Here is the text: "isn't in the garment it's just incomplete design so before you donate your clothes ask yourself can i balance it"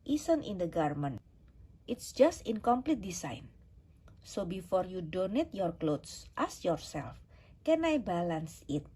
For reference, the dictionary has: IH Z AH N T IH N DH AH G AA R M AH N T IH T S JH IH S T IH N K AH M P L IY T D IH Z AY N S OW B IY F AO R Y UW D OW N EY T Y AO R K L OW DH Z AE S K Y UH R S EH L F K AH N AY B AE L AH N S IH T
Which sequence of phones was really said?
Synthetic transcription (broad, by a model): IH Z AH N T IH N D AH G AA R M AH N T IH T S JH IH S T IH N K AH M P L IY T D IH S AY N S OW B IY F AO R Y UW D OW N EY T Y AO R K L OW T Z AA S Y UH R S EH L F K AH N AY B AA L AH N S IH T